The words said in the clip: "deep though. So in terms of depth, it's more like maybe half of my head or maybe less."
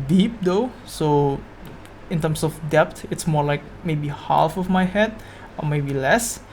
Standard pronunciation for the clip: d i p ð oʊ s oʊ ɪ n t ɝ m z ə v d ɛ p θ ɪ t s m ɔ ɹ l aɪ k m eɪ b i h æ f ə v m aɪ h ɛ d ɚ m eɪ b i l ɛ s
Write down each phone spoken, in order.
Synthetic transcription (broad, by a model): d i p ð oʊ s oʊ ɪ n t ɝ m s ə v d ɛ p t ɪ t s m ɔ ɹ l aɪ k m eɪ b i h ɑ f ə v m aɪ h ɛ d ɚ m eɪ b i l ɛ s